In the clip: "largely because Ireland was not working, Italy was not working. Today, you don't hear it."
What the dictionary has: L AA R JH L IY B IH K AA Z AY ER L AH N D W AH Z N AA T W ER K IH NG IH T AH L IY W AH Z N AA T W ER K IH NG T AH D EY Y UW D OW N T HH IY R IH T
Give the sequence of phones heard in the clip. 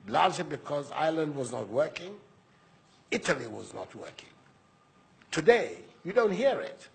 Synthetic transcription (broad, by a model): L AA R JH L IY B IH K AA Z AY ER L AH N D W AH Z N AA T W ER K IH NG IH T AH L IY W AH Z N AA T W ER K IH NG T AH D EY Y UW D OW N T HH IY R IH T